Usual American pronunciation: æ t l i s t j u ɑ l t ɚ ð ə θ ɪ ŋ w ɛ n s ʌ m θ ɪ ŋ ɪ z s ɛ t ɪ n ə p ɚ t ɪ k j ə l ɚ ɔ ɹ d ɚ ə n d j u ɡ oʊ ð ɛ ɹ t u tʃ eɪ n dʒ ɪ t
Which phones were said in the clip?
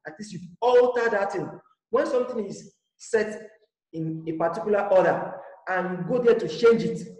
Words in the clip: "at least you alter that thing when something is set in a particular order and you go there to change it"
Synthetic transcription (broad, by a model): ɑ t l i s t j u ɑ l t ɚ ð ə t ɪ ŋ w ɛ n s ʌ m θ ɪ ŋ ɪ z s ɛ t ɪ n ə p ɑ t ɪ k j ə l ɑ ɔ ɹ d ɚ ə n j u ɡ oʊ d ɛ t u tʃ eɪ n dʒ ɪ t